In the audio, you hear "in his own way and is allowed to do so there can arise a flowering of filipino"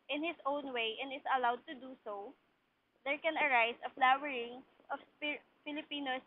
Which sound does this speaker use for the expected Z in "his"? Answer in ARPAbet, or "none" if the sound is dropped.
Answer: S